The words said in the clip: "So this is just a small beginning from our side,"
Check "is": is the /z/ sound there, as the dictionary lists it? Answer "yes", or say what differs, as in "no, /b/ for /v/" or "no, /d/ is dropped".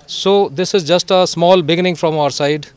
yes